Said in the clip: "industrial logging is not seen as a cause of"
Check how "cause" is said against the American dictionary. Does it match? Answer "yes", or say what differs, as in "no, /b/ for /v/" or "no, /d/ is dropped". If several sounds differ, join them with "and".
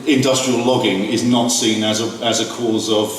yes